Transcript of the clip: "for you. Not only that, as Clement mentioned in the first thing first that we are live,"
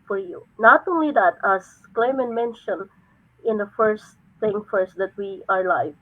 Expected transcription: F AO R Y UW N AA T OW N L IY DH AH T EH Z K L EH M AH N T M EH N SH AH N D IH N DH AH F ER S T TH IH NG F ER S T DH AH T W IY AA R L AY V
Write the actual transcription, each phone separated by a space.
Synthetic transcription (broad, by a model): F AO R Y UW N AA T OW N L IY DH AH T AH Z K L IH M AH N M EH N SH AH N IH N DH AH F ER S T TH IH NG F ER S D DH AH T W IY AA R L AY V